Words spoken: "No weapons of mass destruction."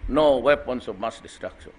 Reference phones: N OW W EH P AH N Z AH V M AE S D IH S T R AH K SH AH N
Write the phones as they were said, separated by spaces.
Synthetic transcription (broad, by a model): N OW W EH P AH N S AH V M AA S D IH S T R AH K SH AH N